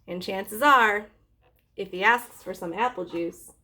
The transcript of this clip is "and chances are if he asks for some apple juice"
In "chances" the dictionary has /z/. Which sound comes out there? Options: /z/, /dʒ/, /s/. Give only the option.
/z/